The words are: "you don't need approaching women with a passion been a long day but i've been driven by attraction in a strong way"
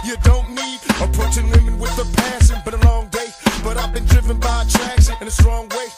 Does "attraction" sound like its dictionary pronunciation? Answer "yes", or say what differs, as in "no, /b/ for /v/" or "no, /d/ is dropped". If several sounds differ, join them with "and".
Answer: no, /s/ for /ʃ/